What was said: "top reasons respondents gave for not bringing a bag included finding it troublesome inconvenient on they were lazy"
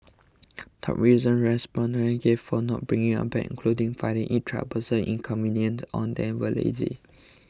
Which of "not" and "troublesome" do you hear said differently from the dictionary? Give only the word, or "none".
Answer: troublesome